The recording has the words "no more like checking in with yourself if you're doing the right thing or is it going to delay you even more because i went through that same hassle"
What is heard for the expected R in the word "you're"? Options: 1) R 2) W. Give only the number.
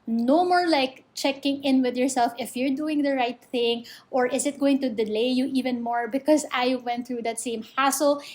1